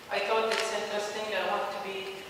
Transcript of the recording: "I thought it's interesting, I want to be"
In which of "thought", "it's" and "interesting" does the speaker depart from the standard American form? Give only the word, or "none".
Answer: thought